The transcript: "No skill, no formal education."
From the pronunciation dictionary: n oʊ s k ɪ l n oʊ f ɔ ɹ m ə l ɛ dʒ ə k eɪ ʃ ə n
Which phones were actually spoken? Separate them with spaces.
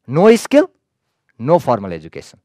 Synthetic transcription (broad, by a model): n oʊ s k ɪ l n oʊ p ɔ ɹ m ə l ɛ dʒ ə k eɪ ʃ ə n